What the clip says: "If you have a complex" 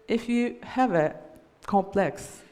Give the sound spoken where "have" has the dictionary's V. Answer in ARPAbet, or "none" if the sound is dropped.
V